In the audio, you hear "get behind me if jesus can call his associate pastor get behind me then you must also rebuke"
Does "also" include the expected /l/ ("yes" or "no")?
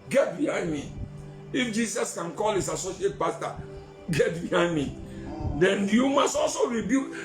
yes